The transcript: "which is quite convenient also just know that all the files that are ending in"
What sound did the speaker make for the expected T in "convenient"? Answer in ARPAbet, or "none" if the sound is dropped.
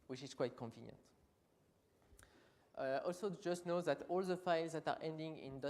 T